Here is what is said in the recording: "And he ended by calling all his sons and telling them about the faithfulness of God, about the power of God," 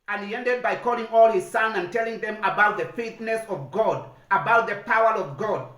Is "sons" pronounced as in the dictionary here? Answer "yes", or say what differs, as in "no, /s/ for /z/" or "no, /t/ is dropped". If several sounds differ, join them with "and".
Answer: no, /z/ is dropped